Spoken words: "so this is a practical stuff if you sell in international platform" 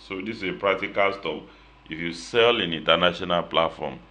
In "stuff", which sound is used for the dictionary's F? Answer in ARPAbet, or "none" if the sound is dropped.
P